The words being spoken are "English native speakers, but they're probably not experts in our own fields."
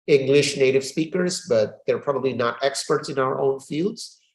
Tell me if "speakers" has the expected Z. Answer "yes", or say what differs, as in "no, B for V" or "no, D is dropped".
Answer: yes